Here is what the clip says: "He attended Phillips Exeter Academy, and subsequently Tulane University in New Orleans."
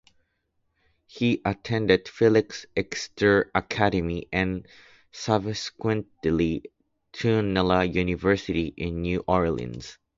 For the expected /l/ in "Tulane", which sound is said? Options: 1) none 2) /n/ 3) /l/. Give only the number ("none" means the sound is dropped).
2